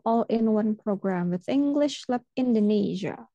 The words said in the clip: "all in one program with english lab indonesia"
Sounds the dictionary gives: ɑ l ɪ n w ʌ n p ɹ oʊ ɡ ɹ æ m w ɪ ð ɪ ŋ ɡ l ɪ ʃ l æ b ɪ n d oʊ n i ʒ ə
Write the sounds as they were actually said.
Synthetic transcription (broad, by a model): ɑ l ɪ n w ʌ n p ɹ oʊ ɡ ɹ æ m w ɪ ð ɪ ŋ ɡ l ɪ ʃ l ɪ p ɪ n d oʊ n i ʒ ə